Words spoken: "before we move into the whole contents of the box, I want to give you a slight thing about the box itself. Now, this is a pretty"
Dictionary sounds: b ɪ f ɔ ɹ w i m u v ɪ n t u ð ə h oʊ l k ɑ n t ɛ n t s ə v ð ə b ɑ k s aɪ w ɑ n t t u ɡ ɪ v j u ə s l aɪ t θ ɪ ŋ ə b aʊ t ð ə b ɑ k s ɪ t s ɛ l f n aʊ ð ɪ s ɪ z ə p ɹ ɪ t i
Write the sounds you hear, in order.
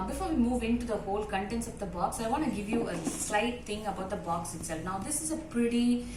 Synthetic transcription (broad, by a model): b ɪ f ɔ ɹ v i m u v ɪ n t u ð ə h oʊ l k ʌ n t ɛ n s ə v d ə b ɑ k s aɪ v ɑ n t t u ɡ ɪ v j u ə s l aɪ t t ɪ ŋ ə b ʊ t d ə b ɑ k s ɪ t s ɛ l f n aʊ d ɪ s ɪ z ə p ɹ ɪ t i